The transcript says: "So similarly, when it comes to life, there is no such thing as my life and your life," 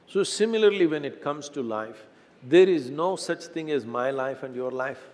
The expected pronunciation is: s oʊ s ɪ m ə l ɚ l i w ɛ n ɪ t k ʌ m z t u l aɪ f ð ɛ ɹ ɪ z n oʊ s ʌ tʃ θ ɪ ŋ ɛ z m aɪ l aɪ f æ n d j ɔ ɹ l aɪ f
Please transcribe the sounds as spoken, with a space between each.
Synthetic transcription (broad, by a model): s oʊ s ɪ m ə l ɚ l i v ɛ n ɪ t k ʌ m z t u l aɪ f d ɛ ɹ ɪ z n oʊ s ʌ tʃ t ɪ ŋ ɛ z m aɪ l aɪ f æ n d j ɔ ɹ l aɪ f